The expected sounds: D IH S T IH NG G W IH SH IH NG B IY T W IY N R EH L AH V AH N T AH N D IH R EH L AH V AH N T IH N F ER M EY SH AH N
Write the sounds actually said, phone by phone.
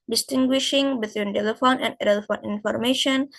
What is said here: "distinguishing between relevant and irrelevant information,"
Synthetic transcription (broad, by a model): D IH S T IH NG G W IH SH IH NG B IY T W IY N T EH L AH F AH N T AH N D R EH L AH F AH N IH N F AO M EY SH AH N